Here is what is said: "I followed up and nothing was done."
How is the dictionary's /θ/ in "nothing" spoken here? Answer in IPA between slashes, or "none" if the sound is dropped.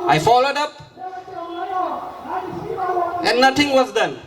/t/